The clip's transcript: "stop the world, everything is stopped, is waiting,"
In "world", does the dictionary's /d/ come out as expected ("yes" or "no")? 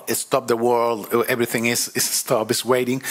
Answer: yes